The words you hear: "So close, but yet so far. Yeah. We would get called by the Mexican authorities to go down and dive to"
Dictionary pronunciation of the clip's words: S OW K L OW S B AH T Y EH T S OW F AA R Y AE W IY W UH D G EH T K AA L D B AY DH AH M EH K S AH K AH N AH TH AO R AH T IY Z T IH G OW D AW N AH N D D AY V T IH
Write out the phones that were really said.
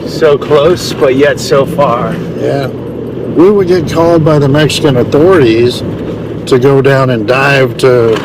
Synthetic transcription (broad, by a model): S OW K L OW S B AH T Y EH T S OW F AA R Y AE W IY W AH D G EH T K AA L D B AY DH AH M EH K S AH K AH N AH TH AO R AH T IY Z T IH G OW D AW N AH N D D AY V T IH